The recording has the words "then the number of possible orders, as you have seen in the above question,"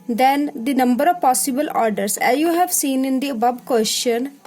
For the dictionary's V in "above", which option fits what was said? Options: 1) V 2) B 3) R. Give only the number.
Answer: 2